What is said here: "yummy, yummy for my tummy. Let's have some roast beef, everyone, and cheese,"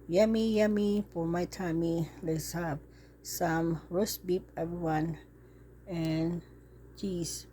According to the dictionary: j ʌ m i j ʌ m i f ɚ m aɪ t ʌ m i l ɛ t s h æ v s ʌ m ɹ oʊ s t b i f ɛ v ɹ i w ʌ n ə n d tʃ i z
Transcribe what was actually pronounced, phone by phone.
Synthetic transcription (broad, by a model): j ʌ m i j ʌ m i p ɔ m aɪ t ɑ m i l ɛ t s h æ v s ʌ m ɹ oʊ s b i p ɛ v ɹ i w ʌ n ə n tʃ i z